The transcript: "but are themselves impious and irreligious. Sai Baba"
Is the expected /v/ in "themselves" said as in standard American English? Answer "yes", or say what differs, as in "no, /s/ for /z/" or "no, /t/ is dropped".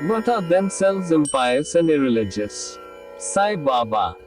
no, /v/ is dropped